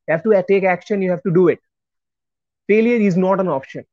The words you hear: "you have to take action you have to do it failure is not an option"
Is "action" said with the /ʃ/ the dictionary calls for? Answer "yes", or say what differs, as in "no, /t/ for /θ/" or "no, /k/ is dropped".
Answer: yes